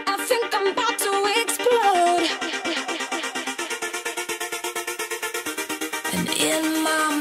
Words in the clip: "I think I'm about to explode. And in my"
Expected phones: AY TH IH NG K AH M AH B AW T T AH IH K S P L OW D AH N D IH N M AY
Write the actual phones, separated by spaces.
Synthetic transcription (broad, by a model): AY TH IH NG K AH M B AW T T AH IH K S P OW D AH N IH N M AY